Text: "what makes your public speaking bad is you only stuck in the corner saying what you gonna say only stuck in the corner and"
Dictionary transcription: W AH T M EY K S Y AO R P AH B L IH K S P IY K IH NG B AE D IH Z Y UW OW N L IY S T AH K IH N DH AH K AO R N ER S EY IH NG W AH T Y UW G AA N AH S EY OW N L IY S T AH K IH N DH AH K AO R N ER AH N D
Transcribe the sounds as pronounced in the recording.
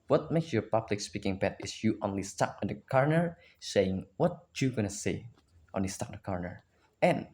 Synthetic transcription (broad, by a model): W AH T M EY K S Y AO R P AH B L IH K S P IY K IH NG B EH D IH S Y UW OW N L IY S T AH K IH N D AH K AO R N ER S EY IH NG W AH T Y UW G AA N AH S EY OW N L IY S T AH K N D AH K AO R N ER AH N